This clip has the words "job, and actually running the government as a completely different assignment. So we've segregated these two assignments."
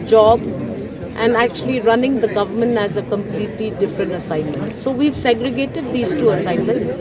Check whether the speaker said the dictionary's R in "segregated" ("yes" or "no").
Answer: yes